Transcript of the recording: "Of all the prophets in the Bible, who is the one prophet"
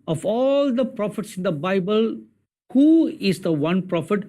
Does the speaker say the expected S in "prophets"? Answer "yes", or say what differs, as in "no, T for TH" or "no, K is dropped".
yes